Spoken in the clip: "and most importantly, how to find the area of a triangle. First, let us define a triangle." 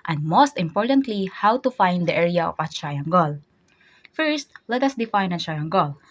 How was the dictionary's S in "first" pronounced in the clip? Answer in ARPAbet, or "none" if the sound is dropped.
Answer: S